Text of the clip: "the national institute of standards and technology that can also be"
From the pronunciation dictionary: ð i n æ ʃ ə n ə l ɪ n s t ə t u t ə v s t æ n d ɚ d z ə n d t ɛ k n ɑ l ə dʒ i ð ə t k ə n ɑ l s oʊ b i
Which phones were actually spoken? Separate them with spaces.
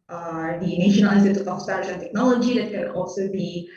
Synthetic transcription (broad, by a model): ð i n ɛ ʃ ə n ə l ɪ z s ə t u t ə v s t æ d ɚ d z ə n t ɛ k n ɑ l ə dʒ i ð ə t k ə n ɑ l s oʊ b i